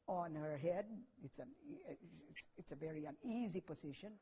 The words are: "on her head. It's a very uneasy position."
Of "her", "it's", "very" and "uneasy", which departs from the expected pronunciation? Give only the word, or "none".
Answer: none